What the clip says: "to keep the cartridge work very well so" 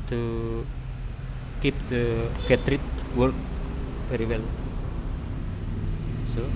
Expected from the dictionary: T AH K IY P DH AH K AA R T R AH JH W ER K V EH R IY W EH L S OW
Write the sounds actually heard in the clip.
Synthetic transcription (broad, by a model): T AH K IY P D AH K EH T R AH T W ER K P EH R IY W EH L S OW